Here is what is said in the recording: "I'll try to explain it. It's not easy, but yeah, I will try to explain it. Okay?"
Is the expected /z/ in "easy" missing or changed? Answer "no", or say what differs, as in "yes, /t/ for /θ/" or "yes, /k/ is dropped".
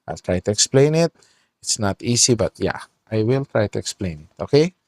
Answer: yes, /s/ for /z/